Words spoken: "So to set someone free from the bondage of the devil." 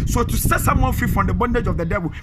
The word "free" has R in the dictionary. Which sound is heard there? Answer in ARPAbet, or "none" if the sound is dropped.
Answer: none